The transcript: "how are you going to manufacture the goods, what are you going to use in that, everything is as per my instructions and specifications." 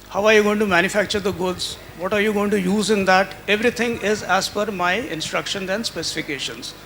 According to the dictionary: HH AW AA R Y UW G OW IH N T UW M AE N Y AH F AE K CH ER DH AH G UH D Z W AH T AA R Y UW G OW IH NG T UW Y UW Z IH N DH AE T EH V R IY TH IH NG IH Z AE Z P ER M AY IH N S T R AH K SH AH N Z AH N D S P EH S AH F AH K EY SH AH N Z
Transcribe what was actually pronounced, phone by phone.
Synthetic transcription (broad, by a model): HH AW AA R Y UW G OW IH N T UW M AE N Y AH F AE K CH ER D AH G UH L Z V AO T AA R Y UW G OW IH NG T UW Y UW Z IH N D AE T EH V R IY T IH NG IH Z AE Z F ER M AY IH N S T R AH K SH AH N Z AH N D S P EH S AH F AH K EY SH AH N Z